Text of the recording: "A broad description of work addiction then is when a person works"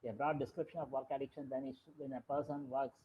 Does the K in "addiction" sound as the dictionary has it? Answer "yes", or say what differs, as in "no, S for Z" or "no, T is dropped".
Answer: yes